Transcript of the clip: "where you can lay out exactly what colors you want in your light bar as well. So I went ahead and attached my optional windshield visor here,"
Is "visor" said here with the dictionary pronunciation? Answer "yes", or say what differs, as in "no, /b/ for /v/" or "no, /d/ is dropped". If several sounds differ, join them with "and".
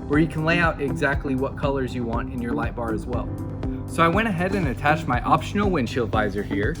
yes